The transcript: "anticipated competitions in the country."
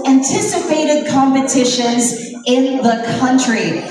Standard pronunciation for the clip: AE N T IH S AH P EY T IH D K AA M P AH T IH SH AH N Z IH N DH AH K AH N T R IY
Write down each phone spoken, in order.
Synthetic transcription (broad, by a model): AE N T IH S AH P EY T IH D K AA M P AH T IH SH AH N Z IH N DH AH K AH N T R IY